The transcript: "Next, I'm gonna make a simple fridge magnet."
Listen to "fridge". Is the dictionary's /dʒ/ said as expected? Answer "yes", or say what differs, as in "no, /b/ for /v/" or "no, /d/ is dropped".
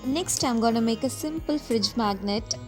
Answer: yes